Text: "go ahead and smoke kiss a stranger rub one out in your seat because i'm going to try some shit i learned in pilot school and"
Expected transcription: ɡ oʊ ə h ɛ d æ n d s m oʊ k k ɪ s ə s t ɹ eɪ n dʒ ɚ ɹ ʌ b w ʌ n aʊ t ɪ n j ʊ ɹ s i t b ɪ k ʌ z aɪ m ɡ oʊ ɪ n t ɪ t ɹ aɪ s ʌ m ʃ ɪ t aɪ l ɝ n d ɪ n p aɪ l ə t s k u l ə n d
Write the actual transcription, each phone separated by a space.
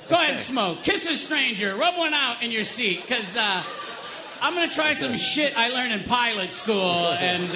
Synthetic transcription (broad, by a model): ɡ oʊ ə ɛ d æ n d s m oʊ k k ɪ s ə s t ɹ eɪ n dʒ ɚ ɹ ʌ b w ʌ n aʊ t ɪ n j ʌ ɹ s i t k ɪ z ʌ aɪ m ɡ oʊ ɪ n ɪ t ɹ aɪ s ʌ m ʃ ɪ t aɪ l ɝ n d ɪ n p aɪ l ə t s k u l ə n